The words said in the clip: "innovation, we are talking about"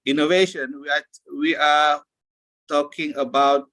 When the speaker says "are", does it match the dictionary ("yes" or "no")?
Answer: no